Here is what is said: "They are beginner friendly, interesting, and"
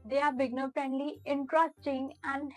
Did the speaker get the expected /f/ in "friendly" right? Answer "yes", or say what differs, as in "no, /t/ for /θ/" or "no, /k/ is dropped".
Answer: no, /p/ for /f/